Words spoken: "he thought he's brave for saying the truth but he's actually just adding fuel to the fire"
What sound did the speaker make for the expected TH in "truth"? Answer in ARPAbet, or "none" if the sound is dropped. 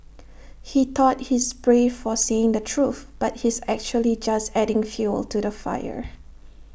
TH